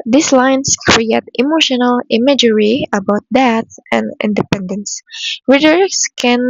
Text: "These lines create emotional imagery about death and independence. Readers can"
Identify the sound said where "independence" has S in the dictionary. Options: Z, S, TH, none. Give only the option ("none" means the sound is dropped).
S